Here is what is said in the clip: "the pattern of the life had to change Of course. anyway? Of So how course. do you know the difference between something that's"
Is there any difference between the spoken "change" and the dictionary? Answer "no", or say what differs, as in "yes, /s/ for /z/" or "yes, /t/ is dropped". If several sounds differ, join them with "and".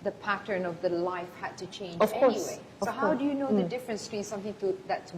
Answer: yes, /dʒ/ is dropped